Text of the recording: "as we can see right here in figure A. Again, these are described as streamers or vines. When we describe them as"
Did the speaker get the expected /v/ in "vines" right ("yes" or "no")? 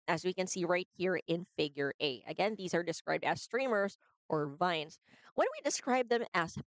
yes